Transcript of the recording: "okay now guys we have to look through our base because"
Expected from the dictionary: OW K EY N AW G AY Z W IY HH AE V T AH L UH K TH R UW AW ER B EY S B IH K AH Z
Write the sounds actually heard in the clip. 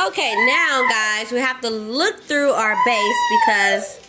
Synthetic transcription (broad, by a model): OW K EY N AW G AY Z W IY HH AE F T AH L UH K TH R UW AW ER B EY S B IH K AH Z